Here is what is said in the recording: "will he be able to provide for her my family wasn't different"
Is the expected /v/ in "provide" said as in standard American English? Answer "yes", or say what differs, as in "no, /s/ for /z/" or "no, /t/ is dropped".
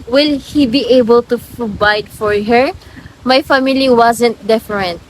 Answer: no, /b/ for /v/